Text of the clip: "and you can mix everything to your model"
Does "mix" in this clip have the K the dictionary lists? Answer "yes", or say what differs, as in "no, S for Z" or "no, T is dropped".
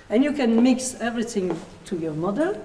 yes